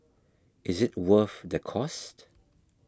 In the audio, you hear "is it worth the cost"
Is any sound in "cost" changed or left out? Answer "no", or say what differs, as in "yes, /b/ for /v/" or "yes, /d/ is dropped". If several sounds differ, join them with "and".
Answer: no